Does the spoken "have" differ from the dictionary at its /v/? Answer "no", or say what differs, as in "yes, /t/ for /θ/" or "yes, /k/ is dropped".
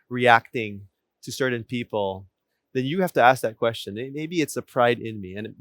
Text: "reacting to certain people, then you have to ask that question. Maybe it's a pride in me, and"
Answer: yes, /f/ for /v/